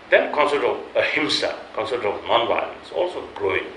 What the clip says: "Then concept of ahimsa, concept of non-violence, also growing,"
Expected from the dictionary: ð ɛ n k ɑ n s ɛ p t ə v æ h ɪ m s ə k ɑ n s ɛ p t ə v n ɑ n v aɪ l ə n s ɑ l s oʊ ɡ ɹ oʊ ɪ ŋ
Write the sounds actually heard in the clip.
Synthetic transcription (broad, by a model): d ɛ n k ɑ n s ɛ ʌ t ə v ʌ h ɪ m s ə k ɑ n s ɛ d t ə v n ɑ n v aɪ ə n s ɑ l s oʊ ɡ ɹ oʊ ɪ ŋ